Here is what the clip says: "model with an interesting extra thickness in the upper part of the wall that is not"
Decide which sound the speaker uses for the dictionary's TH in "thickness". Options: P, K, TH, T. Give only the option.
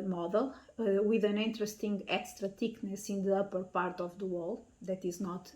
T